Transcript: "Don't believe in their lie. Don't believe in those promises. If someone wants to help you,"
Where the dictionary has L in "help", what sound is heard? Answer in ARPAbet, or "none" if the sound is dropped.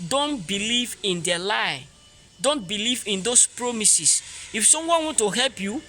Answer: L